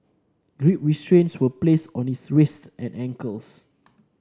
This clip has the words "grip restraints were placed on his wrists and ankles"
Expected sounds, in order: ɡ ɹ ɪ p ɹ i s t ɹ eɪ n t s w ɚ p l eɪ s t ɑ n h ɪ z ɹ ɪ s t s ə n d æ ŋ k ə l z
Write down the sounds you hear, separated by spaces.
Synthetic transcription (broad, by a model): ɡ ɹ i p ɹ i s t ɹ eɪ n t s w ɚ p l eɪ s ɑ n h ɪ s ɹ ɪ s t ə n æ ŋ k ə l s